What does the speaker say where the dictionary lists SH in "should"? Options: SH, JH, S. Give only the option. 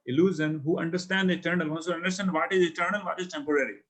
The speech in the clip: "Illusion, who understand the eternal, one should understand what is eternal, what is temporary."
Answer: S